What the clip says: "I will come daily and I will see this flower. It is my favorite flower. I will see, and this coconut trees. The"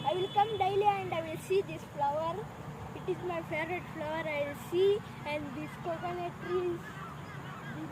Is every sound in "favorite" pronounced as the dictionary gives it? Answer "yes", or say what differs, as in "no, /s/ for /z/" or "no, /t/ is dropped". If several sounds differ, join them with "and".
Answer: no, /v/ is dropped